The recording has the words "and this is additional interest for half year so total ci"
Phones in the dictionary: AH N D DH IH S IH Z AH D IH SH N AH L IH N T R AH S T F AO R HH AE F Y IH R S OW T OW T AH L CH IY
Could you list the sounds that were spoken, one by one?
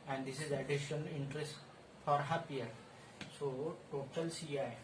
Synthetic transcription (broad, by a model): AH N D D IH S IH Z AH D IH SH AH N IH N T R AH S T F AO R HH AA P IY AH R S OW T OW T AH L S IY